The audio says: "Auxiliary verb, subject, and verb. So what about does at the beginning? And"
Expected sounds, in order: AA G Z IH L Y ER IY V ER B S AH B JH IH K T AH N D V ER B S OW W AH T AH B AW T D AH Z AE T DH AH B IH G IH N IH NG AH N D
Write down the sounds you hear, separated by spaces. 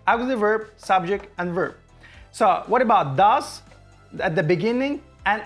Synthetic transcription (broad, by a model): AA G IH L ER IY V ER B S AH B JH IH K T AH N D V ER B S OW W AH T AH B AW T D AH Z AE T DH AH B IH G IH N IH NG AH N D